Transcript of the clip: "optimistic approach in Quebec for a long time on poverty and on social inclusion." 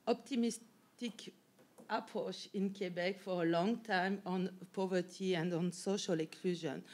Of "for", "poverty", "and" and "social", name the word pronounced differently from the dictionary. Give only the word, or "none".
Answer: none